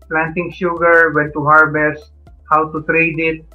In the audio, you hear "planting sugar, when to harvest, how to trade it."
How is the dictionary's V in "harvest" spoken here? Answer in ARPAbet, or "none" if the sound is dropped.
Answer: B